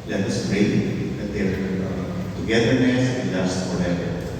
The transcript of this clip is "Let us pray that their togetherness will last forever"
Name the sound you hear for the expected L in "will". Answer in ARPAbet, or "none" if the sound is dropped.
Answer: N